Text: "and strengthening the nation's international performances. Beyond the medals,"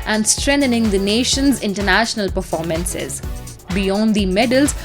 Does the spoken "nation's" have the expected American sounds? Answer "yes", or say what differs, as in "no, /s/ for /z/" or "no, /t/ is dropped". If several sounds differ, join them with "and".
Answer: yes